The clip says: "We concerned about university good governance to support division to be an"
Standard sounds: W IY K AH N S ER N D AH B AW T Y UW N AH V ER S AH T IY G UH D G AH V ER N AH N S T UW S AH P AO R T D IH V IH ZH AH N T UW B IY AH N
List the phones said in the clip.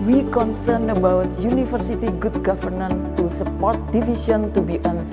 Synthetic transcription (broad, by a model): W IY K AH N S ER N AH B AW T Y UW N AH F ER S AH T IY G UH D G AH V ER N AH N T UW S AH P AO R T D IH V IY S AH N T UW B IY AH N